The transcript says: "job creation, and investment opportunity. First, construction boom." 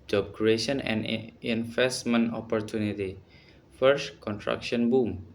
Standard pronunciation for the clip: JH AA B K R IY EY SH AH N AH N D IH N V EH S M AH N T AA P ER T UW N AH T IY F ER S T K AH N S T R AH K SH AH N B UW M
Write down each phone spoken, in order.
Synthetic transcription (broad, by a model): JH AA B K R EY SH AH N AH N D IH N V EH S M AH N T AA P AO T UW N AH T IY F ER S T K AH N T R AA K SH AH N B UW M